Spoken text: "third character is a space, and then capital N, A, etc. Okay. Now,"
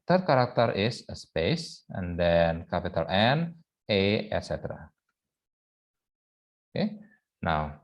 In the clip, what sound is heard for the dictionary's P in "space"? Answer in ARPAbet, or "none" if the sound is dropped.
P